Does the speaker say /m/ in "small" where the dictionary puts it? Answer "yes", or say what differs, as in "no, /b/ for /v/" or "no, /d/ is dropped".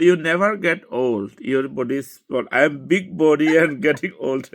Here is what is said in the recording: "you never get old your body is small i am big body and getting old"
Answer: no, /m/ is dropped